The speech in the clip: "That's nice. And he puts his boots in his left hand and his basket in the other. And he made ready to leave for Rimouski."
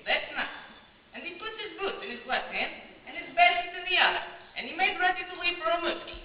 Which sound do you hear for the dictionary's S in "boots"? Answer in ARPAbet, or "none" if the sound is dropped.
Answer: none